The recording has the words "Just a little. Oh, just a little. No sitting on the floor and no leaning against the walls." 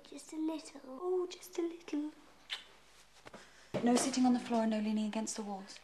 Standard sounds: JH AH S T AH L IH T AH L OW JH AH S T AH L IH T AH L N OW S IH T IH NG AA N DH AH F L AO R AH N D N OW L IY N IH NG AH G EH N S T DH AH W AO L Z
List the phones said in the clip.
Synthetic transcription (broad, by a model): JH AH S T AH L IH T L OW JH AH S T AH L IH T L N OW S IH T IH NG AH N DH AH F L AO R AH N N OW L IY N IH NG AH G EH N S T DH AH W AO L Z